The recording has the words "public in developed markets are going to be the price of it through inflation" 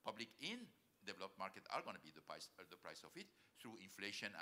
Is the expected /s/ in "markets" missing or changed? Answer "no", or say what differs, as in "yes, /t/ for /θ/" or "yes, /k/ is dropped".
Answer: yes, /s/ is dropped